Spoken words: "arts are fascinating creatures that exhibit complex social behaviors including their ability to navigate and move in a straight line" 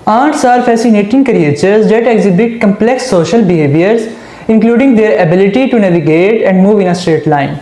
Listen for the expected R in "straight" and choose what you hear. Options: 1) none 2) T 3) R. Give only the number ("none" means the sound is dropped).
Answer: 3